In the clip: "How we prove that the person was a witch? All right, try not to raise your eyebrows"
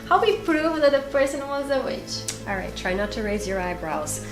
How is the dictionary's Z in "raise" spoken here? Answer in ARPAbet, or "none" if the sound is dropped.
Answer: Z